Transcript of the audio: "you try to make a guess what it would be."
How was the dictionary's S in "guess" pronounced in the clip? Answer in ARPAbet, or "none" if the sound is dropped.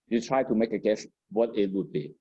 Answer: SH